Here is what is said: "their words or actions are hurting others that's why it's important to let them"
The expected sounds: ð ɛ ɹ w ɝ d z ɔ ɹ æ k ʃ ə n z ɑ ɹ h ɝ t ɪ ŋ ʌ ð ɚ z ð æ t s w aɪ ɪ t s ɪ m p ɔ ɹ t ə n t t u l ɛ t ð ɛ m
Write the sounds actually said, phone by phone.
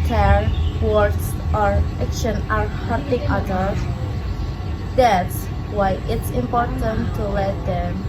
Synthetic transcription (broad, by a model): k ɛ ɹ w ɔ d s ɔ ɹ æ k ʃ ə n ɑ ɹ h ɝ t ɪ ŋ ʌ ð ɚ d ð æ t s w aɪ ɪ t s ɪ m p ɔ ɹ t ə n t t u l ɛ t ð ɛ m